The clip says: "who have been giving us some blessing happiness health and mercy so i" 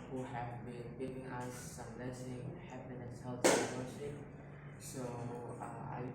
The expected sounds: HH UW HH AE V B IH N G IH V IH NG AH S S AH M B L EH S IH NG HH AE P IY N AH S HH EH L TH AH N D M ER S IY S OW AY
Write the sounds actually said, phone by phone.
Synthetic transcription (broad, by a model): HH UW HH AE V B IH N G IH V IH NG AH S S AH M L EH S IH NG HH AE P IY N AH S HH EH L T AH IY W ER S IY S OW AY